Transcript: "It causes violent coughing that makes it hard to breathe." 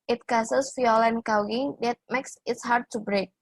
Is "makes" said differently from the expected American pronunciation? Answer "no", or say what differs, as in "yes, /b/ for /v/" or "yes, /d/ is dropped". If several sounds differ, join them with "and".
no